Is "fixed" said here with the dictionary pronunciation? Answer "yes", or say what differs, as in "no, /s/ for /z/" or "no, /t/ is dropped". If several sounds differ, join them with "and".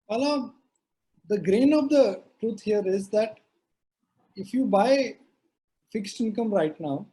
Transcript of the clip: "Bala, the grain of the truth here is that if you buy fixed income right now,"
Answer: yes